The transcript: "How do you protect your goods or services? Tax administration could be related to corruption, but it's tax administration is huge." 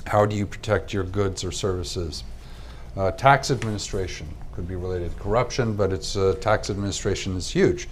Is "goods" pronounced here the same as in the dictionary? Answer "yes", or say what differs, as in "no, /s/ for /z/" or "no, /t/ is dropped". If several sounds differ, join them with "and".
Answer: yes